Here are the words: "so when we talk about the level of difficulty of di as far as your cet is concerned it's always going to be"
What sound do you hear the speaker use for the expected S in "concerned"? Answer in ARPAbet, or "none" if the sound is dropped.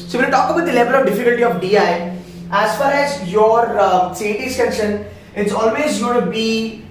SH